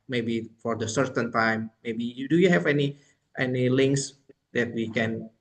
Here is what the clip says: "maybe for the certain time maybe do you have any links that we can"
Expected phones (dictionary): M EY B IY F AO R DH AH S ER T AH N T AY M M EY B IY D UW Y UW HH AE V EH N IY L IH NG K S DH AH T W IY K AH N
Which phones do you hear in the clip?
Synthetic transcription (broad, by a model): M EY B IY F AO R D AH S ER T AH N T AY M M EY B IY D UW Y UW HH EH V EH N IY L IH NG K S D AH T W IY K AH N